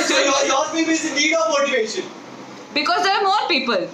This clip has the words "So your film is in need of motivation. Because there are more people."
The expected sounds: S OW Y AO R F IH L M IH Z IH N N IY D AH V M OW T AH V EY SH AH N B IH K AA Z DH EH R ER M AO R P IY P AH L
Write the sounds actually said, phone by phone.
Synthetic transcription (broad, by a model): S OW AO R P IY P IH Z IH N N IY D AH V M OW T AH V EY SH AH N B IH K AA Z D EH R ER M AO R P IY P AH L